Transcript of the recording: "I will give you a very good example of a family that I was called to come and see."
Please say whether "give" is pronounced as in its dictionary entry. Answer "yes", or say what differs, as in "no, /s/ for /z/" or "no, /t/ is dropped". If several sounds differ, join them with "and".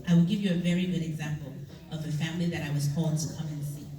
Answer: yes